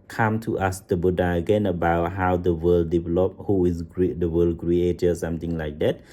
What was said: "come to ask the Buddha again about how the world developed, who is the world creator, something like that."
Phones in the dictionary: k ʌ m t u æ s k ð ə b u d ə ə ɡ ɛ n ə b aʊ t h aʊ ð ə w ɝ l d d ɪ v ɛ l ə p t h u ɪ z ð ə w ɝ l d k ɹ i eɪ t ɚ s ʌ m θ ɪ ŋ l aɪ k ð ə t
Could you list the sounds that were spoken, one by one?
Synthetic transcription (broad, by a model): k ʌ m t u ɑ s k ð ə b u d ə ə ɡ ɛ n ə b aʊ t h aʊ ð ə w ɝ l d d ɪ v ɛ l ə p h u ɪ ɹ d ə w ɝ l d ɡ ɹ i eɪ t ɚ s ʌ m t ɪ ŋ l aɪ k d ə t